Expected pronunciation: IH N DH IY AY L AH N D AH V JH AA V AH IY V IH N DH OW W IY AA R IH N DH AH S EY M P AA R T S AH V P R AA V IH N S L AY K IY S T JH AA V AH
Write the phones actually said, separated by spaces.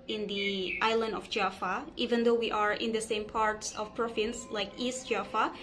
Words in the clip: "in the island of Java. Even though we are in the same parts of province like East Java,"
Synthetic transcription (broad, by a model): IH N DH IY AY L AH N D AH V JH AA F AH IY V IH N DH OW W IY AA R IH N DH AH S EY M P AA R T S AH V P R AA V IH N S L AY K IY S T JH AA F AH